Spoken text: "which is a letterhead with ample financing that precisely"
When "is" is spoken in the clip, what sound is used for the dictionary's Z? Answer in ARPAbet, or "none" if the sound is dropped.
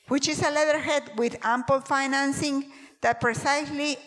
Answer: S